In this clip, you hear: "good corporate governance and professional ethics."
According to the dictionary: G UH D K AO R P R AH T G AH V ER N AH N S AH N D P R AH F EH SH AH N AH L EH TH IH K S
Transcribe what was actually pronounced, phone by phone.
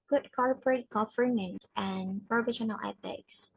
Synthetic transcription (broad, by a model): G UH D K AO R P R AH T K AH F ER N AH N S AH N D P R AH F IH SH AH N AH L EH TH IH K S